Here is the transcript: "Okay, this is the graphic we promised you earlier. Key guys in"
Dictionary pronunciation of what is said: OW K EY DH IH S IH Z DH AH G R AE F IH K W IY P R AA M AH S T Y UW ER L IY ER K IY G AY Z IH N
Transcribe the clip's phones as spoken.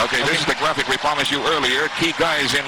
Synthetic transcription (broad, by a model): OW K EY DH IH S IH Z DH AH G R AE F IH K W IY P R AA M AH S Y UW ER L IY ER K IY G AY Z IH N